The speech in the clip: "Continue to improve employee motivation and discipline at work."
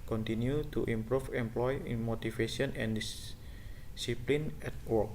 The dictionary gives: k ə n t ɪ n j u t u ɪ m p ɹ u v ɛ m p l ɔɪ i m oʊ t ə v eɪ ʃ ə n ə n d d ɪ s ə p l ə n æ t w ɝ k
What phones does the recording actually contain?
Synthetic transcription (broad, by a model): k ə n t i n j u t u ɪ m p ɹ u f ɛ m p l ɔɪ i m oʊ t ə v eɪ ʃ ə n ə n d d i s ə p l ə n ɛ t w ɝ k